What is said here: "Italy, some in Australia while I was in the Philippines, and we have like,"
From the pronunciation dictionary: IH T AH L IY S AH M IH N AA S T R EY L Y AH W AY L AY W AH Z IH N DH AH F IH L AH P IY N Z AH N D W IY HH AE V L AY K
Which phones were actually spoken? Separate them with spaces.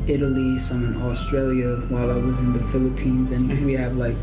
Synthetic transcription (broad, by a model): IH T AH L IY S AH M IH N AA S T R EY L Y AH W AY L AY W AH Z IH N DH AH F IH L AH P IY N Z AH N W IY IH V L AY K